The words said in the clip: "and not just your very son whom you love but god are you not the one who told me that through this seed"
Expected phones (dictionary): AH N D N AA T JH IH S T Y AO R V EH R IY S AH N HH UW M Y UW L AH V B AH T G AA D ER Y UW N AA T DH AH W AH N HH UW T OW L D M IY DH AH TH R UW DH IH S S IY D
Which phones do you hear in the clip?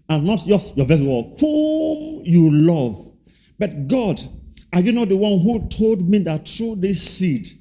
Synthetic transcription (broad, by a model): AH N N AA T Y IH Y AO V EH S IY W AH HH UW M Y UW L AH V B AH T G AA D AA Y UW N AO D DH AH W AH N HH UW T OW L D M IY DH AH T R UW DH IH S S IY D